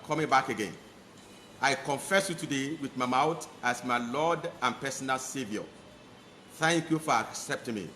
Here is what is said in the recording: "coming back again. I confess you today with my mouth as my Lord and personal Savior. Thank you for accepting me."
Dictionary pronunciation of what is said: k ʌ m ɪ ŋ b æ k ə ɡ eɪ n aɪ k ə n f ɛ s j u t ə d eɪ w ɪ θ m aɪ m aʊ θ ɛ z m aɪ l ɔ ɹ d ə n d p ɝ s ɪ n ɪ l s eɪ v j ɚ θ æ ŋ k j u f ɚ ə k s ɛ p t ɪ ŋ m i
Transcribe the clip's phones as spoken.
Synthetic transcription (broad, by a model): k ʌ m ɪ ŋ b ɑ k ə ɡ eɪ n aɪ k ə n f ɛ s j u t ə d eɪ w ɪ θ m aɪ m aʊ t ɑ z m aɪ l ɔ d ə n p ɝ s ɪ n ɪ l s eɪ v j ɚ θ æ ŋ k j u f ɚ ə k s ɛ p t ɪ ŋ m i